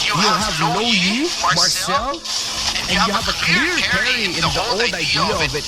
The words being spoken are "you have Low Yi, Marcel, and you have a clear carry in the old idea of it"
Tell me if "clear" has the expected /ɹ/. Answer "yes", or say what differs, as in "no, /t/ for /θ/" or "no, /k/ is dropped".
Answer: yes